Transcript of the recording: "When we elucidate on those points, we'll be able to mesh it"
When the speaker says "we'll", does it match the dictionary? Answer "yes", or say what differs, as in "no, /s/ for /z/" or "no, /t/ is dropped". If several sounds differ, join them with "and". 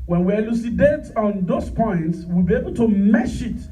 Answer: yes